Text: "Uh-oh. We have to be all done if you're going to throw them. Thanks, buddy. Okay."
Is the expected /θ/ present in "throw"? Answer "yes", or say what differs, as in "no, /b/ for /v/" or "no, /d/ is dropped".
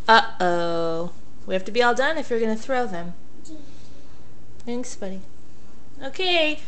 yes